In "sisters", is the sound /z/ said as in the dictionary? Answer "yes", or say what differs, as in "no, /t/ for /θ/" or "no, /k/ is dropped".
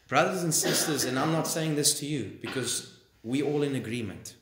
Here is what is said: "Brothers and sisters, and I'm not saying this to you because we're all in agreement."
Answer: yes